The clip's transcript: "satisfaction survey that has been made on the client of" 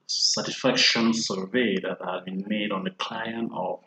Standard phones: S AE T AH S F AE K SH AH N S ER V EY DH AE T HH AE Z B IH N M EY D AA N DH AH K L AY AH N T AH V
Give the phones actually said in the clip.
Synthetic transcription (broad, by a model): S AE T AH S F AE K SH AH N S ER V EY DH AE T HH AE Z B IH N M EY D AA N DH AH K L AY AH N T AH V